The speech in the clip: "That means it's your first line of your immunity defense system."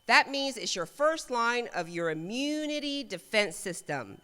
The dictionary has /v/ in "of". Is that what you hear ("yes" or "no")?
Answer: yes